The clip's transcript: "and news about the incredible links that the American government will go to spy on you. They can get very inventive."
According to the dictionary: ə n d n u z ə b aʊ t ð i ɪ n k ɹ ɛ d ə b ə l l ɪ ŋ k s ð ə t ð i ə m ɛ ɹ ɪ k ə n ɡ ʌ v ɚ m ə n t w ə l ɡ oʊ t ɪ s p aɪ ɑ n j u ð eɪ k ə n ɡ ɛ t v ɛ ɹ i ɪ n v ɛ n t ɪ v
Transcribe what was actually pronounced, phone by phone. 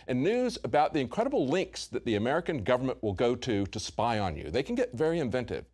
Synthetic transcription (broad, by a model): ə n n u z ə b aʊ t ð i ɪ n k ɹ ɛ d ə b l l ɪ ŋ k s ð ə t ð i ə m ɛ ɹ ɪ k ə n ɡ ʌ v ɚ m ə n t w ə l ɡ oʊ t ɪ s p aɪ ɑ n j u ð eɪ k ə n ɡ ɛ t v ɛ ɹ i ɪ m v ɛ n t ɪ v